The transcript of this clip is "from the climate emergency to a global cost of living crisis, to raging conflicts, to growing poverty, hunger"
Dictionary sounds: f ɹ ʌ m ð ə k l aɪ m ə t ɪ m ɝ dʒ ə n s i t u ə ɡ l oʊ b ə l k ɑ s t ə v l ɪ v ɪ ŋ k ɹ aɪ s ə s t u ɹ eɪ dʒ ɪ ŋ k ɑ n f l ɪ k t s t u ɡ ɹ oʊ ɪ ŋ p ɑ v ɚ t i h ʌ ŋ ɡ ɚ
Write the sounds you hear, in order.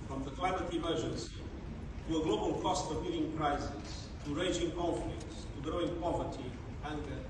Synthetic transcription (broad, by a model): f ɹ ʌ m ð ə k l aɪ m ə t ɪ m ɝ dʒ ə n s i t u ə ɡ l oʊ b ə l k ɑ s t ə v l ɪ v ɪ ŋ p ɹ aɪ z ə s t u ɹ eɪ dʒ ɪ ŋ k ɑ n f l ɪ k t s t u ɡ ɹ oʊ ɪ ŋ p ɑ v ɚ t i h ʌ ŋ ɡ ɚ